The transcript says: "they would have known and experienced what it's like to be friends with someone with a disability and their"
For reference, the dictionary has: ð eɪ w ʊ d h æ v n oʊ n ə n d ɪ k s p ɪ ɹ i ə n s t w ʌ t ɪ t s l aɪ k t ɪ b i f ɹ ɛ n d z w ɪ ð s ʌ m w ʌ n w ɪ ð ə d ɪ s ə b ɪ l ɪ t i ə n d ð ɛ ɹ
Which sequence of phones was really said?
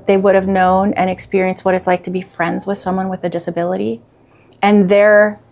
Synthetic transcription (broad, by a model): ð eɪ w ʊ d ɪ v n oʊ n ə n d ɪ k s p ɪ ɹ i ə n s t w ʌ t ɪ t s l aɪ k t ɪ b i f ɹ ɛ n d z w ɪ ð s ʌ m w ʌ n w ɪ ð ə d ɪ s ə b ɪ l ɪ t i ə n ð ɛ ɹ